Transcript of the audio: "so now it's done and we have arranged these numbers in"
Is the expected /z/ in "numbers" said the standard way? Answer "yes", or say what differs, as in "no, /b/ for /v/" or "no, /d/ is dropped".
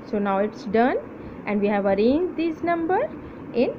no, /z/ is dropped